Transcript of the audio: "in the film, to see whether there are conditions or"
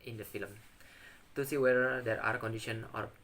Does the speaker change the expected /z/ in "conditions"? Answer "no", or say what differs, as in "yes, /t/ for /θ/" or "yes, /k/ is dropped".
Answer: yes, /z/ is dropped